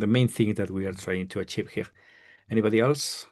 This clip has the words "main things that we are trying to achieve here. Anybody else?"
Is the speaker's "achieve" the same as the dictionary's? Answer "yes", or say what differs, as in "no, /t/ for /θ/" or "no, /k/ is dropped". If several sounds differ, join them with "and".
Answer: yes